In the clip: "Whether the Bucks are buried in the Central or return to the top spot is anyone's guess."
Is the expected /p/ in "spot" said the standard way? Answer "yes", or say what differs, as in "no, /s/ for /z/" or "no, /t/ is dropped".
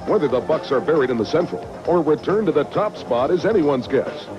yes